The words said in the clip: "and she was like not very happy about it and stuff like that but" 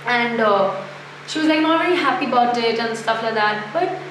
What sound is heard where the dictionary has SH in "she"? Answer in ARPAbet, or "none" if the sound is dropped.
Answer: SH